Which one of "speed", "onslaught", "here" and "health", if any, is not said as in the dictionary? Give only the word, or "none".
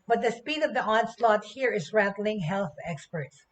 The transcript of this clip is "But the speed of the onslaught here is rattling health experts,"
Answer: none